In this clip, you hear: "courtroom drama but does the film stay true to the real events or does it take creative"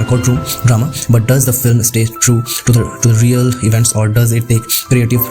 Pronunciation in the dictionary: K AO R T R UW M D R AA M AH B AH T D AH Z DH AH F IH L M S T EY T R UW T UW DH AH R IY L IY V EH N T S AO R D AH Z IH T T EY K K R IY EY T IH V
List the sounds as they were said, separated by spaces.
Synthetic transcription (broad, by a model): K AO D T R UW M D R AA M AH B AH T D AH Z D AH F IH L M S T EY T R UW T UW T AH R IY L IY V EH N T S AO R D AH Z IH T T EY K K R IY EY T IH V